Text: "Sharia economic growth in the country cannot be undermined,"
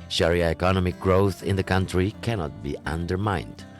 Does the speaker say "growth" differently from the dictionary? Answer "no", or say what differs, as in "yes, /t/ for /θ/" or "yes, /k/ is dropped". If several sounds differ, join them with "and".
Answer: no